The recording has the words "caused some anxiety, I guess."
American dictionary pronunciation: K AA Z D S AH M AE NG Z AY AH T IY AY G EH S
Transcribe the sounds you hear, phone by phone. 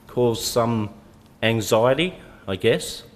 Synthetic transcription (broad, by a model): K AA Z S AH M AE NG Z AY AH T IY AY G EH S